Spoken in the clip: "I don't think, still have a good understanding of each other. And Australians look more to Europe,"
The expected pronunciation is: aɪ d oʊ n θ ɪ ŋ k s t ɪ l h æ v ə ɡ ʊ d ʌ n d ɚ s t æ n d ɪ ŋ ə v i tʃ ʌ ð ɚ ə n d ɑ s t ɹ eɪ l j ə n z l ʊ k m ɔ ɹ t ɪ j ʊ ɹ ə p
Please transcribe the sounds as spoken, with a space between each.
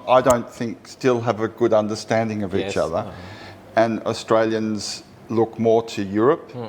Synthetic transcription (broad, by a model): aɪ d oʊ n θ ɪ ŋ k s t ɪ l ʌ v ə ɡ ʊ d ʌ n d ɚ s t æ n d ɪ ŋ ə v i tʃ ʌ ð ɚ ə n ɑ s t ɹ eɪ l j ə n z l ʊ k m ɔ ɹ t ɪ j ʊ ɹ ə p